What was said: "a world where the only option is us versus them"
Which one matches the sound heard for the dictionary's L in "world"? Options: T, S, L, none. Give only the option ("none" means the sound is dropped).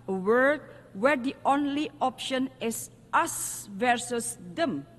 none